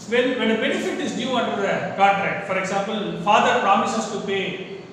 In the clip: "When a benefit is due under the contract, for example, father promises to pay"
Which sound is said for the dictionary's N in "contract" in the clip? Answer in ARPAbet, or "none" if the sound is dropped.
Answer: none